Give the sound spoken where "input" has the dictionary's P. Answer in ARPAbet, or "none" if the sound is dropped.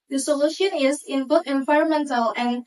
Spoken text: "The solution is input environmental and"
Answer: B